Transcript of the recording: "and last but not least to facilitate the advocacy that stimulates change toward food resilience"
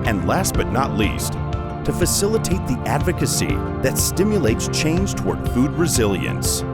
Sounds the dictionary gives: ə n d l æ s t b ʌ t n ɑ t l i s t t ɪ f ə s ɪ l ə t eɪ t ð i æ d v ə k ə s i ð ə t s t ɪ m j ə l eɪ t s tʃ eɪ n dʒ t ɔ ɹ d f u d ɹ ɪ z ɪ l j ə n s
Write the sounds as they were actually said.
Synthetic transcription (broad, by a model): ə n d l æ s t b ʌ t n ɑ t l i s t t ɪ f ə s ɪ l ə t eɪ t ð i æ d v ə k ə s i ð ə t s t ɪ m j ə l eɪ t s tʃ eɪ n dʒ t ɔ ɹ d f u d ɹ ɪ z ɪ l j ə n s